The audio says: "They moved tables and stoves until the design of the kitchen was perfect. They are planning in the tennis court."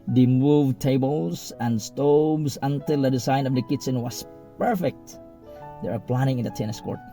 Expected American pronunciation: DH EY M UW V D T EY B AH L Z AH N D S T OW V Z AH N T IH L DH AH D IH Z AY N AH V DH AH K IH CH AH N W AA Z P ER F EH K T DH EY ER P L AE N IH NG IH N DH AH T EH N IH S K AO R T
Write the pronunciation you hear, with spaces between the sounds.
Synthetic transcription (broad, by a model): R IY M UW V T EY B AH L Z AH N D S T OW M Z AH N T IH L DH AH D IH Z AY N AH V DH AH K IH S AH N W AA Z P ER F EH K T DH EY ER P L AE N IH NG IH N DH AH T EH N IH S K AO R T